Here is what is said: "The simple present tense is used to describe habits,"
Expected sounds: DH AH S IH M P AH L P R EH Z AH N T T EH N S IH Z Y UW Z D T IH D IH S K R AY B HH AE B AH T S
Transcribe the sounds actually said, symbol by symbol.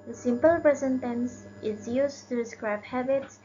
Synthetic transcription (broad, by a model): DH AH S IH M P AH L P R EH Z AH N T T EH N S IH Z Y UW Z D T IH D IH S K R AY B HH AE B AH T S